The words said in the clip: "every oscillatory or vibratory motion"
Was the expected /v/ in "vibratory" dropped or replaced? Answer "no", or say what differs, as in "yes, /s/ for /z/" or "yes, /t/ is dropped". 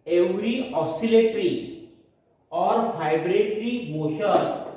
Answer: yes, /b/ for /v/